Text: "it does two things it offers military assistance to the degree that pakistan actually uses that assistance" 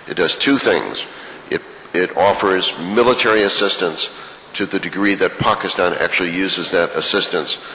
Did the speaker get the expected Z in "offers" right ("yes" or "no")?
yes